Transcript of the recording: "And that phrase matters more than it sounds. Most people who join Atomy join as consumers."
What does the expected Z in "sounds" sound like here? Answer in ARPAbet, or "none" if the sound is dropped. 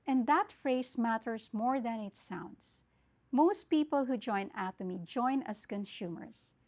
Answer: S